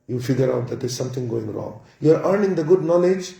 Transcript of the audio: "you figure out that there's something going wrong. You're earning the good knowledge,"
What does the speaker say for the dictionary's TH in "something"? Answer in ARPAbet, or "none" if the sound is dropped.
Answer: T